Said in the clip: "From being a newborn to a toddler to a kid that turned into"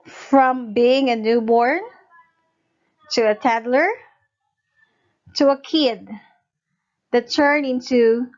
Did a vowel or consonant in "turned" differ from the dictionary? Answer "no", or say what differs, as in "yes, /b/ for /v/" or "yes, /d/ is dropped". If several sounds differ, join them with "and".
yes, /d/ is dropped